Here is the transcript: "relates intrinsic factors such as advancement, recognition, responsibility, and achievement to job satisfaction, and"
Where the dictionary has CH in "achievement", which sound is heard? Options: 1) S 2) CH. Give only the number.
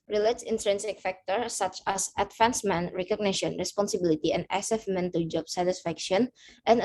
1